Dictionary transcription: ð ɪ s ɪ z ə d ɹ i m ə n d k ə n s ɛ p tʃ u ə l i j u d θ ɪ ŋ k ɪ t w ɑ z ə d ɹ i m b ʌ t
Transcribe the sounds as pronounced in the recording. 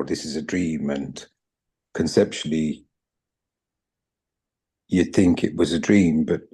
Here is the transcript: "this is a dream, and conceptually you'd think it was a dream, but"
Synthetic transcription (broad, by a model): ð ɪ s ɪ z ə d ɹ i m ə n k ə n s ɛ p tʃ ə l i j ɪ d θ ɪ ŋ k ɪ t w ɑ z ə d ɹ i m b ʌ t